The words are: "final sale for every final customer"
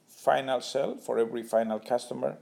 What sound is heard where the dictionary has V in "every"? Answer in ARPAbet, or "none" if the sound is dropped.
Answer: V